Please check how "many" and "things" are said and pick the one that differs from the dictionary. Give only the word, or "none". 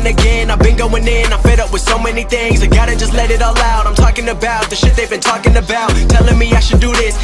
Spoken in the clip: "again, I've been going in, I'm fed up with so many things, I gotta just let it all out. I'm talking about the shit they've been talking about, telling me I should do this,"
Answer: none